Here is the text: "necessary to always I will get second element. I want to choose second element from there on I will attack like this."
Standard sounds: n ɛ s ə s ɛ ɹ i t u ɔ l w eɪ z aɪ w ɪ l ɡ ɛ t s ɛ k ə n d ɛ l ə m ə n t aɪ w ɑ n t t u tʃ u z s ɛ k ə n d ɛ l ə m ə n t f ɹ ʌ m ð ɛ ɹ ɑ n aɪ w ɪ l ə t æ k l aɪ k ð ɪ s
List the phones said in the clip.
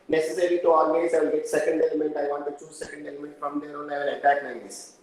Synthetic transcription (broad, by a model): n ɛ s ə s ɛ ɹ i t u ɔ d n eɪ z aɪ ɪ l ɡ ɛ t s ɛ k ə n d ɛ l ə m ə n t aɪ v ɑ n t t u tʃ u z s ɛ k ə n d ɛ l ə m ə n t f ɹ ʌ m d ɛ ɹ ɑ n aɪ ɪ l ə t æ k n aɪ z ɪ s